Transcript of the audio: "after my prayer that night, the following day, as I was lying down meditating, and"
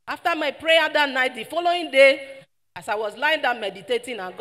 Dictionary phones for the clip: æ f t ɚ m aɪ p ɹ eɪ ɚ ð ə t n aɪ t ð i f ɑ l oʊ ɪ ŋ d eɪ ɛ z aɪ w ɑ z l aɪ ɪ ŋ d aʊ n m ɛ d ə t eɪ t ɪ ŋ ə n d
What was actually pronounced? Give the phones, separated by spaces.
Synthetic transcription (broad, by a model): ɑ f t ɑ m aɪ p ɹ eɪ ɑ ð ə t n aɪ t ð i f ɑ l oʊ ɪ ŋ d eɪ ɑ s aɪ w ɑ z l aɪ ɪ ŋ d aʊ m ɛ d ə t eɪ t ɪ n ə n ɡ